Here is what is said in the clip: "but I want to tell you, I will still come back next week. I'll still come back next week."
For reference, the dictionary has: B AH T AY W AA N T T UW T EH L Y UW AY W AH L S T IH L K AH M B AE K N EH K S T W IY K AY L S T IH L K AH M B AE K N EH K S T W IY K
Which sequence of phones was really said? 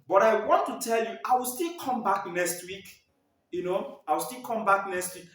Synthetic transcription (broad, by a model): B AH T AY W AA N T T UW T EH L Y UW AY W AH L S T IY L K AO M B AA K N EH K S T W IY K AY W S T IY L K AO M B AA K N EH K S T W IY K